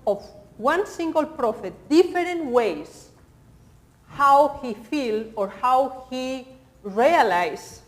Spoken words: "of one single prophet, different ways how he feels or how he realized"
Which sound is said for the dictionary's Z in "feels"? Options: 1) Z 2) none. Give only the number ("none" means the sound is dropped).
2